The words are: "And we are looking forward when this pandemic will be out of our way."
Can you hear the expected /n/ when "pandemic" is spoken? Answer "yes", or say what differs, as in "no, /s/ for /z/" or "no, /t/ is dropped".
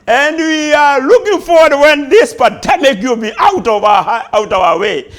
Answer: no, /n/ is dropped